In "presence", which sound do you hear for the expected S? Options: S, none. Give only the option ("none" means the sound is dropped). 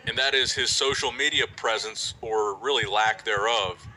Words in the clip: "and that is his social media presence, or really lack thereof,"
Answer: S